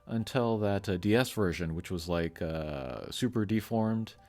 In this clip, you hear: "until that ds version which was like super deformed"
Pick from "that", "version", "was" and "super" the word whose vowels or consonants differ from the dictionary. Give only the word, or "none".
none